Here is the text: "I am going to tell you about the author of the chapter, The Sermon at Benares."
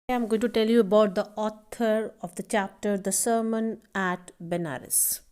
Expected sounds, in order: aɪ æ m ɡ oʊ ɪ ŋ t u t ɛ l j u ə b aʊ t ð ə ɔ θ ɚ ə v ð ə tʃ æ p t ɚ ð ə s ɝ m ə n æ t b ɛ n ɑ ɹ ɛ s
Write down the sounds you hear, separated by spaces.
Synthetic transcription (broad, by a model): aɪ m ɡ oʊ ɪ t u t ɛ l j u ə b aʊ t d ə ɔ t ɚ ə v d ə tʃ æ p t ɚ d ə s ɝ m ə n æ t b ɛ n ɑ ɹ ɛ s